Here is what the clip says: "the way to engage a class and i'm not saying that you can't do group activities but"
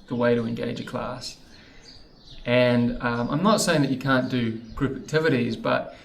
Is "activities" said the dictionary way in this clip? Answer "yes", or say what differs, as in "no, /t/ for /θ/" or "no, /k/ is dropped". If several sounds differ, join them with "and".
yes